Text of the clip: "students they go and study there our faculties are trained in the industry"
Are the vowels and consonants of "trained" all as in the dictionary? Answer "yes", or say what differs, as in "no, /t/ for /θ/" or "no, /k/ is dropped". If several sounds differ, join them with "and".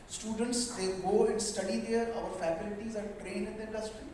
no, /d/ is dropped